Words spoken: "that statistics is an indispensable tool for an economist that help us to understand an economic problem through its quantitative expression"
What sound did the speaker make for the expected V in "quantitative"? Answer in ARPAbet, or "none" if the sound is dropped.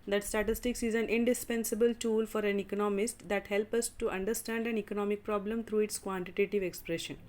V